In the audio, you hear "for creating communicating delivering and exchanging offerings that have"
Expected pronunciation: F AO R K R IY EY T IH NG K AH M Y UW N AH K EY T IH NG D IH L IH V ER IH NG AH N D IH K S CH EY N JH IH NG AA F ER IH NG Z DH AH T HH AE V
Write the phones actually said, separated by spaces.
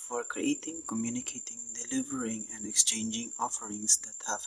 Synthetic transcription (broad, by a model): F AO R K R IY EY T IH NG K AH M Y UW N AH K EY T IH NG D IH L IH V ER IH NG AH N D IH K S CH EY N JH IH NG AA F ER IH NG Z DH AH T HH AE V